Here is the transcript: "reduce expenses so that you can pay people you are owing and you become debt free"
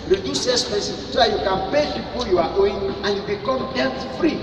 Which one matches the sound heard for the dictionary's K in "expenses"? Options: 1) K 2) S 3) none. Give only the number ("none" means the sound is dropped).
3